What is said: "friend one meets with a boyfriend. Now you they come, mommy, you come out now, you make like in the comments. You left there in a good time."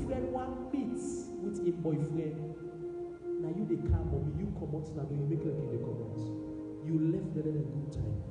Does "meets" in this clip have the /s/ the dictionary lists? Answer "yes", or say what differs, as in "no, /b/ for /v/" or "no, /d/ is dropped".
no, /s/ is dropped